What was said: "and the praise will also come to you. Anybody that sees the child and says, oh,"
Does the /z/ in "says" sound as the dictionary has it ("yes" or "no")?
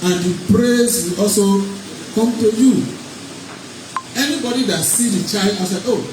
no